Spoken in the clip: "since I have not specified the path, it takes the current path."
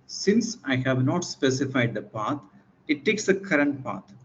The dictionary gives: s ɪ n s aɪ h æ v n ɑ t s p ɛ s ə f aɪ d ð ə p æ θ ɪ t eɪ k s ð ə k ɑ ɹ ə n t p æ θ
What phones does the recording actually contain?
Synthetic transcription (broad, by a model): s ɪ n s aɪ h æ v n ɑ t s p ɛ s ə f aɪ d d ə p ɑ t ɪ t eɪ k s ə k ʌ ɹ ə n t p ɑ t